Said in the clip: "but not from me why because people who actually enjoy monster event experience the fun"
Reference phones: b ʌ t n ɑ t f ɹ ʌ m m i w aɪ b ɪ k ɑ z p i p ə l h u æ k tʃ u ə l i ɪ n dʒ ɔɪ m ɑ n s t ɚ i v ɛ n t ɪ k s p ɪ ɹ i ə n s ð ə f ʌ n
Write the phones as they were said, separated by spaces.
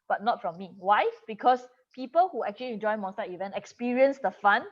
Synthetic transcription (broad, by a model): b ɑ t n ɑ t f ɹ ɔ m m i w aɪ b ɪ k ɑ s p i p ə l h u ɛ k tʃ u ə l i ɪ n dʒ ɔɪ m ɑ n s t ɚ i v ɛ n t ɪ k s p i ɹ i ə n s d ə f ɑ n